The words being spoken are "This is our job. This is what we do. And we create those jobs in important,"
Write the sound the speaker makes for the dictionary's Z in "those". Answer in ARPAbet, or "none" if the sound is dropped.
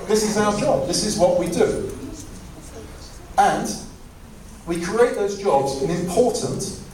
Z